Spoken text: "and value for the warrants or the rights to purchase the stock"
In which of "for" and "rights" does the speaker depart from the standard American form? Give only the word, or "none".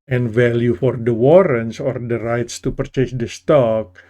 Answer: none